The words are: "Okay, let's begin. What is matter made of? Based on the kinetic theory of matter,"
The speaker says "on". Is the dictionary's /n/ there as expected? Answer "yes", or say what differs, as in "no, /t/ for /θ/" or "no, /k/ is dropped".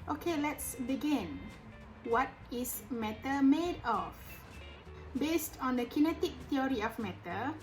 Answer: yes